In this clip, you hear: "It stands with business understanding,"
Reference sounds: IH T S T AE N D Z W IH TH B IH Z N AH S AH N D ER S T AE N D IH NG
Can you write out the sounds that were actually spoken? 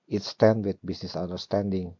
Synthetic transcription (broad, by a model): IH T S T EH N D W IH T B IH S N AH S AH N D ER S T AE N D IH NG